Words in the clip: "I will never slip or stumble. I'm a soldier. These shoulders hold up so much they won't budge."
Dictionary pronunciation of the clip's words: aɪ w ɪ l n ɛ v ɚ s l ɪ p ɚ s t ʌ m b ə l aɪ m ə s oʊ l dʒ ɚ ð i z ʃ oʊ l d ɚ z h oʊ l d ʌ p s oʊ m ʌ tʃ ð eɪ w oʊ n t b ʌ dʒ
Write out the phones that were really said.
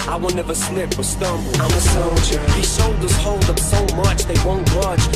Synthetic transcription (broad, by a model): aɪ w ɪ l n ɛ v ɚ s n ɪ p ɚ s t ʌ m b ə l aɪ m ə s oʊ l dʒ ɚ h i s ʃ oʊ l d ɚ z h oʊ l d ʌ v s oʊ m ʌ tʃ ð eɪ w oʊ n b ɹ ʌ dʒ